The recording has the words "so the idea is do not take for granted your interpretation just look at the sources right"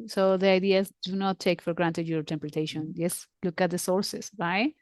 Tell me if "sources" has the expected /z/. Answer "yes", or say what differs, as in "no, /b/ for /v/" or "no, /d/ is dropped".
no, /s/ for /z/